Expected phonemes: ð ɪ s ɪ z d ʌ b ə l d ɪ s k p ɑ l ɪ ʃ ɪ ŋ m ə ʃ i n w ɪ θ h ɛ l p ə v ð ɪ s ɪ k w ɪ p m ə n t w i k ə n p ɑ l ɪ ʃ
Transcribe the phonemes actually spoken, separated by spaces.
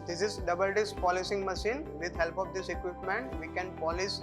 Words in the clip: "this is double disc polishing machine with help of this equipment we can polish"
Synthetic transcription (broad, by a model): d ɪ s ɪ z d ʌ b ə l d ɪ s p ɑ l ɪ s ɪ ŋ m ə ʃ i n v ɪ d h ɛ l p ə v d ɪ s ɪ k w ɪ p m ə n t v i k ə n p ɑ l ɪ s